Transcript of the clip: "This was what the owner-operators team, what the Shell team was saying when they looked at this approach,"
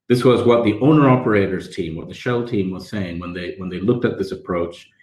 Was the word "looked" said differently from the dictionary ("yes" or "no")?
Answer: no